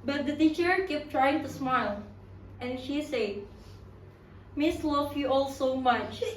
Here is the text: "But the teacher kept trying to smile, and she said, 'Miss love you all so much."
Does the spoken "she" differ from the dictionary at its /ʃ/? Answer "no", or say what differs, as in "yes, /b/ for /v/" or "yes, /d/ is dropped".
no